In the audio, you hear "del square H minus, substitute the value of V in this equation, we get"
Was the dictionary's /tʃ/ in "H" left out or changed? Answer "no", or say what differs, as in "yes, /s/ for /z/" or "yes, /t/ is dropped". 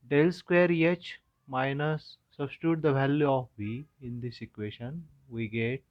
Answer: no